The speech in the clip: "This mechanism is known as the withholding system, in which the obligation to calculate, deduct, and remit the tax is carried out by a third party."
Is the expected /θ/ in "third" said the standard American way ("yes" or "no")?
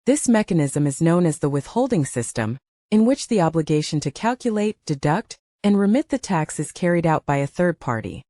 yes